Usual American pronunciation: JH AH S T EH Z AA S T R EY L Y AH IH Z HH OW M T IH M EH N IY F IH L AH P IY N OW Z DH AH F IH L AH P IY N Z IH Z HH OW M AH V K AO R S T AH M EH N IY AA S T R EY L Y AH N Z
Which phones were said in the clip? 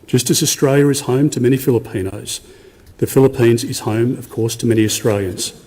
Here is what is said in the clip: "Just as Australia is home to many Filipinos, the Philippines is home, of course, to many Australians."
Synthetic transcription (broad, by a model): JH AH S T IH Z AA S T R EY L Y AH IH Z HH OW M T IH M EH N IY F IH L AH P IY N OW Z DH AH F IH L AH P IY N Z IH Z HH OW M AH V K AO R S T AH M EH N IY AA S T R EY L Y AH N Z